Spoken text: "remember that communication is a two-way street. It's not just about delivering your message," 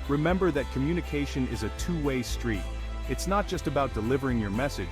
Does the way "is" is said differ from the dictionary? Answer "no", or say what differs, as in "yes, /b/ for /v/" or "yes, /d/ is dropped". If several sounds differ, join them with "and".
no